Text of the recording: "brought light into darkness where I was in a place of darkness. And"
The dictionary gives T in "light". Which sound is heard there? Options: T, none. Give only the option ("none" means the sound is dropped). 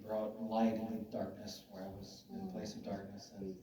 none